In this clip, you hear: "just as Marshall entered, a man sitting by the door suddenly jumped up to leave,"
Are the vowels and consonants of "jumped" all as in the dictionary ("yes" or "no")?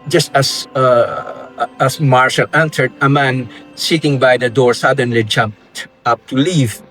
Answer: yes